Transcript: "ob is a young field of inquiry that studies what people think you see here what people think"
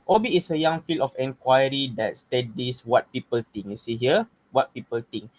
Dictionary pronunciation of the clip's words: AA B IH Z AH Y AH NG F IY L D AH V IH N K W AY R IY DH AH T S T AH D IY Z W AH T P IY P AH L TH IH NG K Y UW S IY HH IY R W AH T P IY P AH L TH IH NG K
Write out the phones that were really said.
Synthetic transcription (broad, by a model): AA B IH S AH Y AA NG F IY L AH F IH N K W AY R IY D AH T S T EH D IY S W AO T P IY P AH L T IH NG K Y UW S IY HH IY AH W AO T P IY P AH L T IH NG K